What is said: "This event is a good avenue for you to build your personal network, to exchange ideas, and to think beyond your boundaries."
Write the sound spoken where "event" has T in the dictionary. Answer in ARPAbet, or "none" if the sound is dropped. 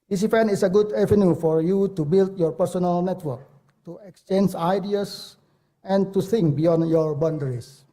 none